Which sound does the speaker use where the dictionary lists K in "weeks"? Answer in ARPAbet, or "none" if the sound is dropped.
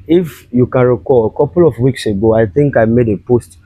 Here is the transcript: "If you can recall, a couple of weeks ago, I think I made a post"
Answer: K